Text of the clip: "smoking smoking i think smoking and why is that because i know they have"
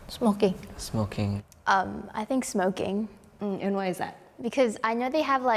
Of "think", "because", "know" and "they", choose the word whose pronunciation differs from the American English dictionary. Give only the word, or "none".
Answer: none